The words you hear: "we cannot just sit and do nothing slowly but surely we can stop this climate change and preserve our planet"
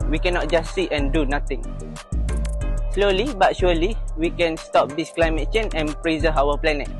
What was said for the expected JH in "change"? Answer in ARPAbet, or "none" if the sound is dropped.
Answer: none